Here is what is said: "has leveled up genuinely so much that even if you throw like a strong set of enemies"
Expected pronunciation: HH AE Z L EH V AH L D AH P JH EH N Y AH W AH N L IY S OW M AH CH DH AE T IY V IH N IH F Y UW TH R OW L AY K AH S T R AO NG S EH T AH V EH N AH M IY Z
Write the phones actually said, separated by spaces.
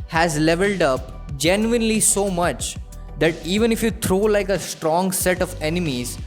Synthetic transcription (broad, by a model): HH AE Z L EH V AH L D AH P JH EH N Y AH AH N L IY S OW M AH CH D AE T IY V IH N IH F Y UW T R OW L AY K AH S T R AO NG S EH T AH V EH N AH M IY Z